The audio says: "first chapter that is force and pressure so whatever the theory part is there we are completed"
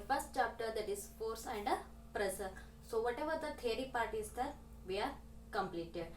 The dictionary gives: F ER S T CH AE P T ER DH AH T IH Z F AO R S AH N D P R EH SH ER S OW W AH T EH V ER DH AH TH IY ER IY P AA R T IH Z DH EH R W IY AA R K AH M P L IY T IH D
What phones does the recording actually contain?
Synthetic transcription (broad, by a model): F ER S T CH AE P T ER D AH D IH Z F AO R S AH N D P R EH S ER S OW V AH T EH V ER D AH T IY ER IY P AA R T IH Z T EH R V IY AA R K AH M P L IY T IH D